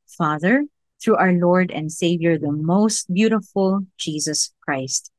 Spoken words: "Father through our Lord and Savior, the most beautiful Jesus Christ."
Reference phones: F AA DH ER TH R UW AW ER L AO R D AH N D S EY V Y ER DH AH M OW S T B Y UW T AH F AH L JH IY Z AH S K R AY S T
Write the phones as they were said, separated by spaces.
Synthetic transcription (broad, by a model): F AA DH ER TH R UW AW ER L AO R D AH N D S EY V Y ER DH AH M OW S T B Y UW T AH F AH L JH IY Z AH S K R AY S T